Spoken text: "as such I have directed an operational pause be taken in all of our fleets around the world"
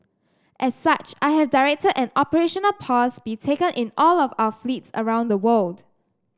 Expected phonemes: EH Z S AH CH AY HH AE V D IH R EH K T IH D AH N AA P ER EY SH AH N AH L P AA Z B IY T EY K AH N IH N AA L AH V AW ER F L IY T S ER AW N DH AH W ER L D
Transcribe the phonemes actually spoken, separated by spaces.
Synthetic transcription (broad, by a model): EH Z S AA CH AY HH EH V D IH R EH K T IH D AH N AA P ER EY SH AH N AH L P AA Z B IY T EY K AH N IH N AA L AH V AW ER F L IY T S ER AW N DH AH W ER L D